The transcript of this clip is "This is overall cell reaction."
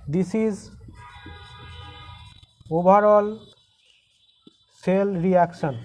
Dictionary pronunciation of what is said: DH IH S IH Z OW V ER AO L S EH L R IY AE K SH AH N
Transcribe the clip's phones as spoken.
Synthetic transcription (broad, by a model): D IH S IH Z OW B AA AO L S EH L R IY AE K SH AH N